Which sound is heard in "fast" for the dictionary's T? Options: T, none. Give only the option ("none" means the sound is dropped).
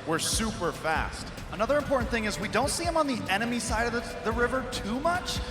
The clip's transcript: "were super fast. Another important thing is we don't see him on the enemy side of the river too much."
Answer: T